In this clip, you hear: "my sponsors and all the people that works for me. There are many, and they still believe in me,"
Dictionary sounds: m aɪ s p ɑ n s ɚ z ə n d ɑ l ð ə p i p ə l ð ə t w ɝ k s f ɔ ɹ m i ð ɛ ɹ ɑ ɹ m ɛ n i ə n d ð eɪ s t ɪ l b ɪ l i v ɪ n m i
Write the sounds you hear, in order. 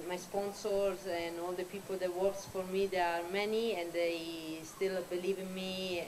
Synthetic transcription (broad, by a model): m aɪ s p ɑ n s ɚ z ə n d ɑ l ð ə p i p ə l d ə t w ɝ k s f ɔ ɹ m i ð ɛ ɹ ɑ ɹ m ɛ n i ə n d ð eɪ s t ɪ l b ɪ l i v ɪ n m i